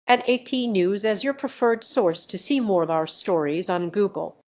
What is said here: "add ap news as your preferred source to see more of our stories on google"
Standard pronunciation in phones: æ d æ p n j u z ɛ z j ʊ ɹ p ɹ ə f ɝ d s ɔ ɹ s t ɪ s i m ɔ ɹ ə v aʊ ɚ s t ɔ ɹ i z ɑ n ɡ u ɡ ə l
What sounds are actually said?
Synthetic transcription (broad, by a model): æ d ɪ p n j u z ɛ z j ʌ ɹ p ɹ ə f ɝ d s ɔ ɹ s t ɪ s i m ɔ ɹ ə v aʊ ɚ s t ɔ ɹ i z n ɡ u ɡ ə l